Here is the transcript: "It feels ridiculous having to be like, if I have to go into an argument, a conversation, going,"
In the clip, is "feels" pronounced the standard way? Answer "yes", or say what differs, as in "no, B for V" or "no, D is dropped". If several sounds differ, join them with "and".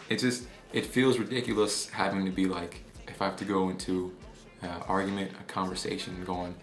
yes